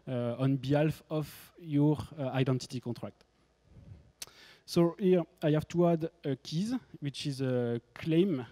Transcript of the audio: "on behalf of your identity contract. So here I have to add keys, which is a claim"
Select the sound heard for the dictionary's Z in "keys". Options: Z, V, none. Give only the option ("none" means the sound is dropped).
Z